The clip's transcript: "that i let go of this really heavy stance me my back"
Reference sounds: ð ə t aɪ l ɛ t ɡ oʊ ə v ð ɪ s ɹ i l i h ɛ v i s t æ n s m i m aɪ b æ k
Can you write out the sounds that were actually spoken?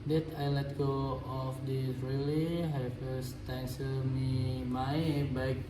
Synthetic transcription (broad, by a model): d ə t aɪ l ɛ t ɡ oʊ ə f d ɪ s ɹ i l i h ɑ f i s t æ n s m i m aɪ b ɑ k